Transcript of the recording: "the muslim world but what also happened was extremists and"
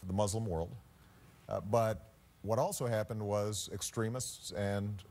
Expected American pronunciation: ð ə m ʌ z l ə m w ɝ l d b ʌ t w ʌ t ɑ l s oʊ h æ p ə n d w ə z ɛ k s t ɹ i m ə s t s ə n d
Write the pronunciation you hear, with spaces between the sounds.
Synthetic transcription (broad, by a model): ð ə m ʌ z l ə m w ɝ l d b ʌ t w ʌ t ɑ l s oʊ h æ p ə n d w ə z ɛ k s t ɹ i m ə s t s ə n